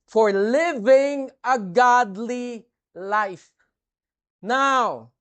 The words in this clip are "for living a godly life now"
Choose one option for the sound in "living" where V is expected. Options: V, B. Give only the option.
V